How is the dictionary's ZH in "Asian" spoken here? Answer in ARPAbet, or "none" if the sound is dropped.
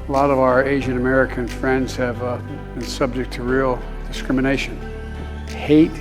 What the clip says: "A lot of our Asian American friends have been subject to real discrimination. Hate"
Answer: ZH